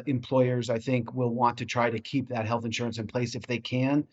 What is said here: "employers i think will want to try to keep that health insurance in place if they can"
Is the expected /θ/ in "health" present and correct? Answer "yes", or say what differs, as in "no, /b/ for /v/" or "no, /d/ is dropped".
yes